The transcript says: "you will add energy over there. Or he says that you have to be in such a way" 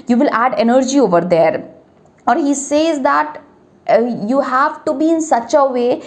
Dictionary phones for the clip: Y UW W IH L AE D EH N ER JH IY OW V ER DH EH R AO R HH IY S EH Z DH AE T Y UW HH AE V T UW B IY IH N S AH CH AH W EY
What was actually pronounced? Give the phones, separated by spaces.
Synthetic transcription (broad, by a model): Y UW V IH L AE D EH N ER JH IY OW V ER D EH R AO R HH IY S EH Z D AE T Y UW HH AE V T UW B IY IH N S AH CH AH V EY